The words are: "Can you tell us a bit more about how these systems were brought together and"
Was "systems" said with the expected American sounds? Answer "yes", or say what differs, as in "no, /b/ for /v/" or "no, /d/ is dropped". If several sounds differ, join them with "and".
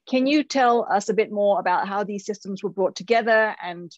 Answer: yes